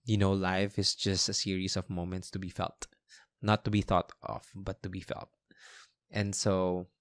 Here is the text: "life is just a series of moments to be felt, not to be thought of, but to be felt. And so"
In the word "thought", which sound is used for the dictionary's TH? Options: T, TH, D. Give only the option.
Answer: TH